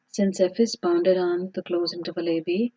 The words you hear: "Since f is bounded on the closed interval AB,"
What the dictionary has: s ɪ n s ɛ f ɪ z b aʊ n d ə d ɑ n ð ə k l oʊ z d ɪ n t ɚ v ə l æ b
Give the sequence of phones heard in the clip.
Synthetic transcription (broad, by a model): s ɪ n s ɛ f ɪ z b aʊ n d ə d ɑ n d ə k l oʊ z ɪ n t ɚ v ə l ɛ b